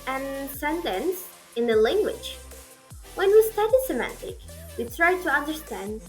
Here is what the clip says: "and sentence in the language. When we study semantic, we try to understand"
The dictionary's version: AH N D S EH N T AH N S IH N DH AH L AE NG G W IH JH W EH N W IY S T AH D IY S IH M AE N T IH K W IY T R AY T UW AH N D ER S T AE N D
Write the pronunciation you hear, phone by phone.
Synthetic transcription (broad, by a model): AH N S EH N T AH N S IH N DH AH L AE NG G W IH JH W EH N W IY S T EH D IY S IH M AE N T IH K W IY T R AY T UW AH N D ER S T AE N D